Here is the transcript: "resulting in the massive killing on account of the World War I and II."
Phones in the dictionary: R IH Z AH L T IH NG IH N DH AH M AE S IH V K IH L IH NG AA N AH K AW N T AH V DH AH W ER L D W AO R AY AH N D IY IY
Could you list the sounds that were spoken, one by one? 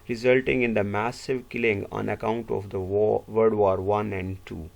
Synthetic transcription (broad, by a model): R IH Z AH L T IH NG IH N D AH M AE S IH V K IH L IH NG AA N AH K AW N T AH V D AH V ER D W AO R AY AH N D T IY